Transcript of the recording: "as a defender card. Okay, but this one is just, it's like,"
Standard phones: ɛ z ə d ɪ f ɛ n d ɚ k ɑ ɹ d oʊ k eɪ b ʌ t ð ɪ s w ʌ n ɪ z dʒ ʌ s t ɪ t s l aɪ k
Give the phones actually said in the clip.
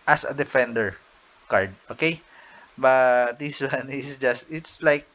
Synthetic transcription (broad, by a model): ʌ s ə d ɪ f ɛ n d ɚ k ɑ ɹ d oʊ k eɪ b ʌ t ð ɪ s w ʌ n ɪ s dʒ ʌ s t ɪ t s l aɪ k